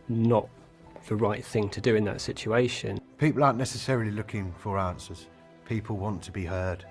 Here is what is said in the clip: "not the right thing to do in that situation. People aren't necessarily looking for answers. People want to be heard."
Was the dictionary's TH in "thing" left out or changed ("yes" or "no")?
no